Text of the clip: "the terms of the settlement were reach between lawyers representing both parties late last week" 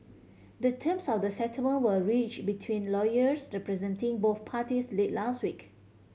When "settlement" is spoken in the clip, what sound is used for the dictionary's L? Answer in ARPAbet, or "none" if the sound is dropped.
none